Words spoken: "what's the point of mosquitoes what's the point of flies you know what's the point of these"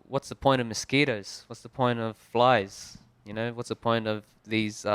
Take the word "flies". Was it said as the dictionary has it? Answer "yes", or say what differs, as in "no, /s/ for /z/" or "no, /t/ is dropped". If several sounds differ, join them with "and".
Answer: yes